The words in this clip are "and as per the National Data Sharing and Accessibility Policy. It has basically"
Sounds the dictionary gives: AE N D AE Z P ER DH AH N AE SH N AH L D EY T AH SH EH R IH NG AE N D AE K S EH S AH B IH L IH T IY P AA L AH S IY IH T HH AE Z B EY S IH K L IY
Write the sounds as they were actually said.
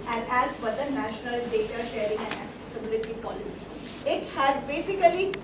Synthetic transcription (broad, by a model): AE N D AE Z B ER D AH N AE SH N AH L D EY T AH SH EH R IH NG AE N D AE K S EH S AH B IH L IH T IY P AA L AH S IY IH T HH AE Z B EY S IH K L IY